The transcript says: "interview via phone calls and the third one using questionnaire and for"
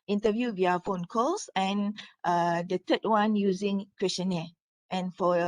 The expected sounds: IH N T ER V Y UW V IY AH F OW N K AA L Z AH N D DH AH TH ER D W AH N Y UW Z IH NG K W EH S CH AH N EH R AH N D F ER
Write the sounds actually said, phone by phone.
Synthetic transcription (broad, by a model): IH N T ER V Y UW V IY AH F OW N K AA L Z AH N D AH T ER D W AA N Y UW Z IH NG K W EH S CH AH N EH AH N F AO